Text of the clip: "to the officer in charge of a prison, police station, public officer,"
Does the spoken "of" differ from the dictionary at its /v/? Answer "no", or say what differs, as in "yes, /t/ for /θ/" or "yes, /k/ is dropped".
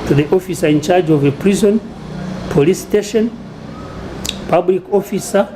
no